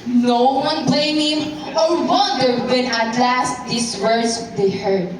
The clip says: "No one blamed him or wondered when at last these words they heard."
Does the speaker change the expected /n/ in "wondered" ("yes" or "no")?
yes